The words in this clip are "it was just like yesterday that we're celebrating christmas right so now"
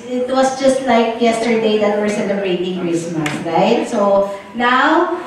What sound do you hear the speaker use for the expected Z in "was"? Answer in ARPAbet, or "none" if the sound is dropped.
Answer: S